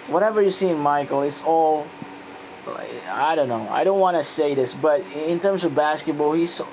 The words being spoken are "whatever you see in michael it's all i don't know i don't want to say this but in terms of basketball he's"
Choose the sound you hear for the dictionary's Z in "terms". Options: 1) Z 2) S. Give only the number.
1